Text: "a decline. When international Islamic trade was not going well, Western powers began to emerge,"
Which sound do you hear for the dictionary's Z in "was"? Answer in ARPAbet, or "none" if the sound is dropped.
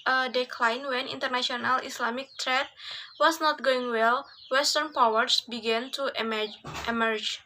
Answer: S